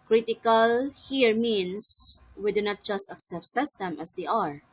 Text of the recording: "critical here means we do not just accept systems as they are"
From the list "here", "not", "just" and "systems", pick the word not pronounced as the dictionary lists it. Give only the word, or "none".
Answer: systems